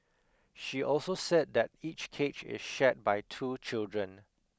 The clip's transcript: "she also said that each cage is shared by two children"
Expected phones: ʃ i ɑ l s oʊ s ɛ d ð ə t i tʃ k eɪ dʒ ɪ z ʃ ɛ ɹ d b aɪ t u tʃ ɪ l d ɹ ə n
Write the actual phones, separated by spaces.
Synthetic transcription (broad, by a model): ʃ i ɑ l s oʊ s ɛ d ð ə t i tʃ k eɪ tʃ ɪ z ʃ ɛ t b aɪ t u tʃ ɪ l d ɹ ə n